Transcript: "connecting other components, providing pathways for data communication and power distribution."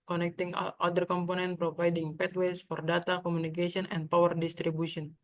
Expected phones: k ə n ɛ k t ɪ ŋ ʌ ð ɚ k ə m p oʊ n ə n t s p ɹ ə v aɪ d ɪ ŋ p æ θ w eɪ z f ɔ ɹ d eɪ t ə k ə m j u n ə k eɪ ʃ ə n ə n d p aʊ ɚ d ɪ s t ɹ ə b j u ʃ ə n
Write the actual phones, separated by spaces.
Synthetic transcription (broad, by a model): k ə n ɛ k t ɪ ŋ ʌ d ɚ k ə m p oʊ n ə n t p ɹ ə v aɪ d ɪ ŋ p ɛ t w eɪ s f ɔ ɹ d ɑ t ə k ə m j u n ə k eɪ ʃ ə n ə n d p aʊ ɚ d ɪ s t ɹ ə b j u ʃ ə n